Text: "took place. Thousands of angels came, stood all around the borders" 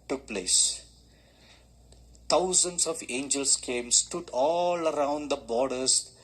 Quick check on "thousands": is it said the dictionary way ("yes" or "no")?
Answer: no